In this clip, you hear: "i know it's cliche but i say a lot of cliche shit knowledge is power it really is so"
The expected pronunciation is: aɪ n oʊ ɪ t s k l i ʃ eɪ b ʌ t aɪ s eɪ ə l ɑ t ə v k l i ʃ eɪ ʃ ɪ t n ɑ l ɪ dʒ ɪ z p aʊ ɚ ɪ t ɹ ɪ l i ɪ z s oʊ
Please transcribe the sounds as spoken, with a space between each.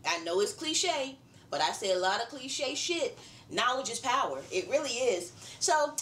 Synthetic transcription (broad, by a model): aɪ n oʊ ɪ t s k l i ʃ eɪ b ʌ t aɪ s eɪ ə l ɑ t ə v k l i ʃ eɪ ʃ ɪ t n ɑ w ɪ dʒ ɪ s p aʊ ɚ ɪ t ɹ ɪ l i ɪ z s oʊ